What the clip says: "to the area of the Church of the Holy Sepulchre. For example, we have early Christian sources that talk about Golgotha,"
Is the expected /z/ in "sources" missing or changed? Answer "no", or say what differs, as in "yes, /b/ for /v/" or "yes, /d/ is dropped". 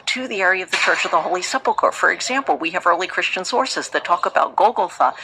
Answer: no